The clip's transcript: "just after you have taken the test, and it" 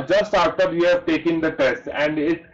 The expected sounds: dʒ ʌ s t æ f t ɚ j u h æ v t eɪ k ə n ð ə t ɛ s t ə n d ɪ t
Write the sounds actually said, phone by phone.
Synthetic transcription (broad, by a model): dʒ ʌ s t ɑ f t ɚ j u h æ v t eɪ k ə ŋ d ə t ɛ s t ə n d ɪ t